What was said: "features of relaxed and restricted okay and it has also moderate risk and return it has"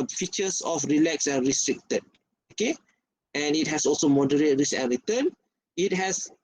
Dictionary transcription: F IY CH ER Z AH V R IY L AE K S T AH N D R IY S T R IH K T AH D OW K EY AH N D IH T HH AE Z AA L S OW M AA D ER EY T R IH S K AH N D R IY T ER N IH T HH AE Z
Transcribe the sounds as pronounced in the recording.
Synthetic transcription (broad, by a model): F IY CH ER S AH F R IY L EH K S AH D R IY S T R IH K T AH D OW K EY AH N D IH T HH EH S AA L S OW M AA D ER EY T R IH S AH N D R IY T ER N IH T HH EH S